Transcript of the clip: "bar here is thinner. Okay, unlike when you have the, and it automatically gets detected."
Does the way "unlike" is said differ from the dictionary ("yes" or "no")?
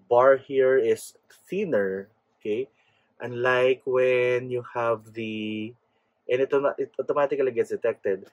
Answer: no